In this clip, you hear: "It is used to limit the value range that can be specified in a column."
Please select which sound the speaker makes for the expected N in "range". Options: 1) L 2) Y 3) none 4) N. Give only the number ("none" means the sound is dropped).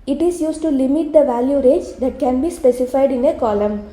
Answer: 3